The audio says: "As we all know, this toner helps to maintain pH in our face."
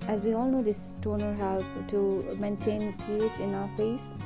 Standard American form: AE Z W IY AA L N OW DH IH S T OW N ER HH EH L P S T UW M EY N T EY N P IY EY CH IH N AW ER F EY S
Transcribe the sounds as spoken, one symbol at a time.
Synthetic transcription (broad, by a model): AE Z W IY AA L N OW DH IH S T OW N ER HH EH L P T UW M EY N T EY N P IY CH IH N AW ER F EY S